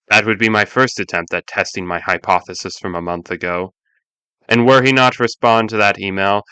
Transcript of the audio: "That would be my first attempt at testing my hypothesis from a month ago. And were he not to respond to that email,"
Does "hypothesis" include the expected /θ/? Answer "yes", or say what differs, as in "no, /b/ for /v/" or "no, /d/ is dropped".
yes